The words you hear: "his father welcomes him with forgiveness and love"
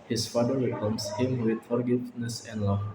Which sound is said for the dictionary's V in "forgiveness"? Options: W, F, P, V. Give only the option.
F